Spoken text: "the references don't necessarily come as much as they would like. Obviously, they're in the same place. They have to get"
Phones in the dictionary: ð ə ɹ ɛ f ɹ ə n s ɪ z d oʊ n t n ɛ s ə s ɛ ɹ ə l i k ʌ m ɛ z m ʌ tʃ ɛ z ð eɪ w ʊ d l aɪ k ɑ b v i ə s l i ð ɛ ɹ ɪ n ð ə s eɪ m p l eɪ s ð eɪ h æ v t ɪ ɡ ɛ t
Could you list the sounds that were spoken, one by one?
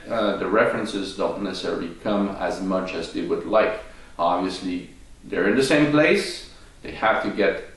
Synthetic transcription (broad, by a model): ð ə ɹ ɛ f ɹ ə n s ɪ z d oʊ n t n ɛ s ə s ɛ ɹ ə l i k ʌ m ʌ z m ʌ tʃ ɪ z ð eɪ w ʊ d l aɪ k ɑ b v i ə s l i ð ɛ ɹ ɪ n ð ə s eɪ m p l eɪ s ð eɪ h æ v t ɪ ɡ ɛ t